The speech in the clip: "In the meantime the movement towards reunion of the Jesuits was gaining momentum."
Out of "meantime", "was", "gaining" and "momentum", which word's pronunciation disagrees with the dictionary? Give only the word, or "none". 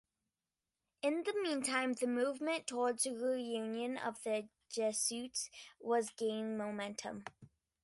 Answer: gaining